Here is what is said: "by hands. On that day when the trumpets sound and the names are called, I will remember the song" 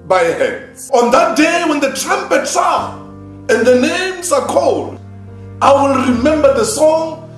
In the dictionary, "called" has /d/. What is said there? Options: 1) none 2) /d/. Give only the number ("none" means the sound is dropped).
2